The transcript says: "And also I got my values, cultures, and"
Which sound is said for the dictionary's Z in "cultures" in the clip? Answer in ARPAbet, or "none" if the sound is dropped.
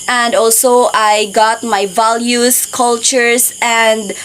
S